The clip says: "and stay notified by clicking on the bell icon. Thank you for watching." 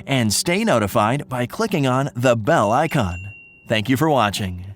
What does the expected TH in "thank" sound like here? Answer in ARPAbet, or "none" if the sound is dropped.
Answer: TH